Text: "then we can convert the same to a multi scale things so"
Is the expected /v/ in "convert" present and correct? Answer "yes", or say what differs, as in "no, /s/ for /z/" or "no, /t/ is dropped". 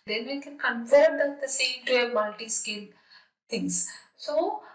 no, /f/ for /v/